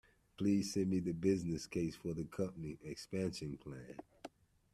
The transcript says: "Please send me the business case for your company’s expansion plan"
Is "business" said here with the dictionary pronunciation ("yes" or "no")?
yes